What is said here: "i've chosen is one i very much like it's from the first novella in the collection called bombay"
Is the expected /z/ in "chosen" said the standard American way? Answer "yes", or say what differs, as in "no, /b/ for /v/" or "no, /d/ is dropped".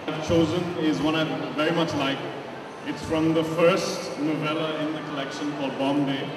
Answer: yes